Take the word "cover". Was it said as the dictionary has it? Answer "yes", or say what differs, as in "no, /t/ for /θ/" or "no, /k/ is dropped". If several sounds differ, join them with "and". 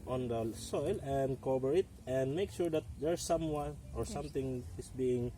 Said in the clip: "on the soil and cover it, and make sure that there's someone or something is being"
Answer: no, /b/ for /v/